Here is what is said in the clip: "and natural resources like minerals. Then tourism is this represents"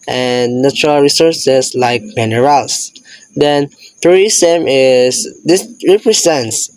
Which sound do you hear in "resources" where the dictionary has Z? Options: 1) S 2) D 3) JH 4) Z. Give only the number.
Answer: 1